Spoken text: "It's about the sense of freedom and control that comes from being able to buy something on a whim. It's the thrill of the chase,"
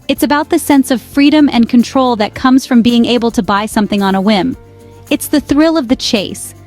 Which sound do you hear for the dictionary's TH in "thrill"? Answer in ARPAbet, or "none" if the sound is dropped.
TH